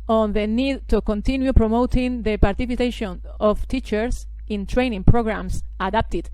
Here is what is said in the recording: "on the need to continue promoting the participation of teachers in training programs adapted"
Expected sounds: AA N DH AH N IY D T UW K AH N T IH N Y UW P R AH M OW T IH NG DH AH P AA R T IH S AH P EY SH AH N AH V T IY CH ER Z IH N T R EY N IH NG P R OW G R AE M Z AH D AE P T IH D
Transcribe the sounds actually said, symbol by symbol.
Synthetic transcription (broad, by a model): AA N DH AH N IY D T UW K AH N T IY N Y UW P R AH M OW T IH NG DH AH P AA R T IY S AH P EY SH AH N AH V T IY CH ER S IH N T R EY N IH NG P R OW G R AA M S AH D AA P T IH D